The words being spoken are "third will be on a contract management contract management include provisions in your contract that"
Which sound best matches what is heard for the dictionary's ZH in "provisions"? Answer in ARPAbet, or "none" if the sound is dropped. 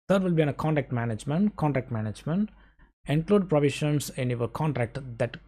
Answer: SH